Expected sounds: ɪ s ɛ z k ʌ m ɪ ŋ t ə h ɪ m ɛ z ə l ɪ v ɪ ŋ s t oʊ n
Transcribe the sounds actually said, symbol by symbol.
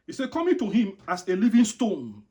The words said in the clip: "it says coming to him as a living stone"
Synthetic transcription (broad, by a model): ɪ s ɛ k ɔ m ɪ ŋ t ə h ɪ m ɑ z ə l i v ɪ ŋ s t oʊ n